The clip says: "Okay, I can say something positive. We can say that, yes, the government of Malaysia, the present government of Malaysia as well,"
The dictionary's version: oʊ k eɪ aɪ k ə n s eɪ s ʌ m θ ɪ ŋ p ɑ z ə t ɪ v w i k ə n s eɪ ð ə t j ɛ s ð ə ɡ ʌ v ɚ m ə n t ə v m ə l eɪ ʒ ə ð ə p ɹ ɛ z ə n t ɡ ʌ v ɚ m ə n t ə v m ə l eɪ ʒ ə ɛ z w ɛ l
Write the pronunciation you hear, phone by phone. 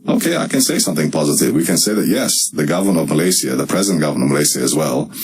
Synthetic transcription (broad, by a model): oʊ k eɪ aɪ k ə n s eɪ s ʌ m θ ɪ ŋ p ɑ z ə t ɪ v w i k ə n s eɪ ð ə t j ɛ s ð ə ɡ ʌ v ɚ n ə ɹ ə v m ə l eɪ s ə ð ə p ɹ ɛ z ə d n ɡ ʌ v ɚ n ə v m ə l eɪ s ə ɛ z w ɛ l